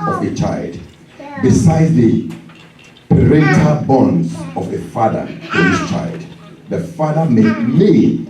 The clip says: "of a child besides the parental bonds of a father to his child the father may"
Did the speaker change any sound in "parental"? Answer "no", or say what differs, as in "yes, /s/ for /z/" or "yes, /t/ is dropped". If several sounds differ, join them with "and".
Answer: yes, /n/ is dropped